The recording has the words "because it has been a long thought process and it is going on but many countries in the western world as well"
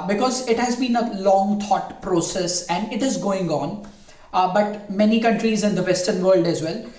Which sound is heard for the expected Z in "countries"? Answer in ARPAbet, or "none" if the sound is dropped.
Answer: Z